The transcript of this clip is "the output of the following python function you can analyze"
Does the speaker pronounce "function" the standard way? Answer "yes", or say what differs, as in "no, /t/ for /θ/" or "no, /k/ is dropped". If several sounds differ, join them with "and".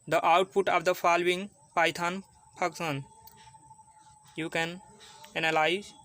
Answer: no, /p/ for /f/